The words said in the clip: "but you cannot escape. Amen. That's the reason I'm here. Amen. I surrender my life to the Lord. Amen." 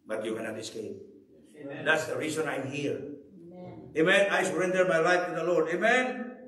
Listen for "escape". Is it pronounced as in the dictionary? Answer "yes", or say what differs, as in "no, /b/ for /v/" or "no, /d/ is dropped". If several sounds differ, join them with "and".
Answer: no, /p/ is dropped